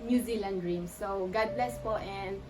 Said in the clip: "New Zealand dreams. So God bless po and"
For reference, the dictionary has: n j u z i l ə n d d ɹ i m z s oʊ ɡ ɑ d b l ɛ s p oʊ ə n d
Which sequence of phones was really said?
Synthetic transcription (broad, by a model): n j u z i l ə n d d ɹ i m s s oʊ ɡ ɑ d b l ɛ s f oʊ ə n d